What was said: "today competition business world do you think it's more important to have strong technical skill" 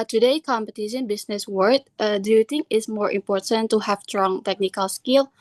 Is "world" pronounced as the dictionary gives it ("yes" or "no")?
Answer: no